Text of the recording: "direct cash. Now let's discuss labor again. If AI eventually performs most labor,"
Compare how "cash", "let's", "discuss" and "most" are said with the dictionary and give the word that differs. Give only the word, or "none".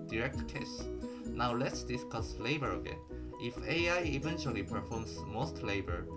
cash